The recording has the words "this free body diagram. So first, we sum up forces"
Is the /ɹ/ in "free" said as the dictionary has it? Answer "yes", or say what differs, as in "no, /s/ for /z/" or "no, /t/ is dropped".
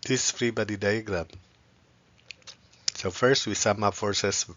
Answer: yes